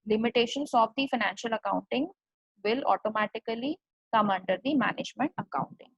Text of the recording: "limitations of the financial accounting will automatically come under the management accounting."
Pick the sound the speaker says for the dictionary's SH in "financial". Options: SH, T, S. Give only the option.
SH